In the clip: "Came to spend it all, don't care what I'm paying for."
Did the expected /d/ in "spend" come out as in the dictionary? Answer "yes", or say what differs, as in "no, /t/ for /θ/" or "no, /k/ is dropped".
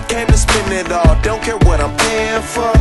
no, /d/ is dropped